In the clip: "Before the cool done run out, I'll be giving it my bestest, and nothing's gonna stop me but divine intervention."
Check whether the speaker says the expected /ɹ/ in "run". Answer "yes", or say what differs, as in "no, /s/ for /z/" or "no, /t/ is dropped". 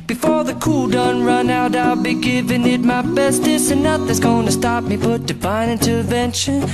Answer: yes